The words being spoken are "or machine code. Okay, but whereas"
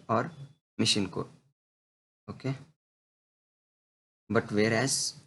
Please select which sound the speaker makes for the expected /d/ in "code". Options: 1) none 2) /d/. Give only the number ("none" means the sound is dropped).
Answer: 1